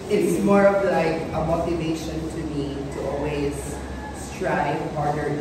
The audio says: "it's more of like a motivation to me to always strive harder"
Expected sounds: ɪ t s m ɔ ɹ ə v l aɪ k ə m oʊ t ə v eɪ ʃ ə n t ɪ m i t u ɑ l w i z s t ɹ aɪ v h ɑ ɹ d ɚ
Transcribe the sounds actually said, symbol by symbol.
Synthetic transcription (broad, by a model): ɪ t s m ɔ ɹ ə v l aɪ k ə m oʊ t ə v eɪ ʃ ə n t ɪ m i t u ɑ l w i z s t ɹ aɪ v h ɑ ɹ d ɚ